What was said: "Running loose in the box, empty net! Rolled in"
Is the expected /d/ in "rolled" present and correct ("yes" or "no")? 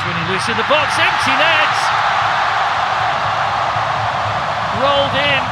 yes